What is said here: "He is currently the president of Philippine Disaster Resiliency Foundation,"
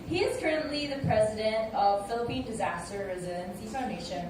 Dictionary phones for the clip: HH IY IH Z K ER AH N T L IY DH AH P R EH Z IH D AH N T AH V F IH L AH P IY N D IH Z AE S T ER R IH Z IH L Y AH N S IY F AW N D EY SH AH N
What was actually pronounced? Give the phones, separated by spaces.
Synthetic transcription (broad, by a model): HH IY IH Z K ER AH N T L IY DH AH P R EH Z IH D AH N T AH V F IH L AH P IY N D IH Z AE S T ER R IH Z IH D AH N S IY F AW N D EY SH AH N